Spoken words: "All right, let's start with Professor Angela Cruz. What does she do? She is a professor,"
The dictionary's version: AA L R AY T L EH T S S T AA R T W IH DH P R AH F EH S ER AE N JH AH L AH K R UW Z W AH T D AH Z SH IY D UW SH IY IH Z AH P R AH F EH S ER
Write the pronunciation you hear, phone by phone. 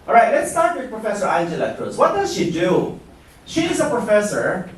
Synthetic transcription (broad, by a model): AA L R AY T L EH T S S T AA R T W IH DH P R AH F EH S ER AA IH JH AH L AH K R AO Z W AH T D AH Z SH IY D UW SH IY IH Z AH P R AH F EH S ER